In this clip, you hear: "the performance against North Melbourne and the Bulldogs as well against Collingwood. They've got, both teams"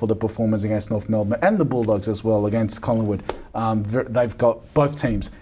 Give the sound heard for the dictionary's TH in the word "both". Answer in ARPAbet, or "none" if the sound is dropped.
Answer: TH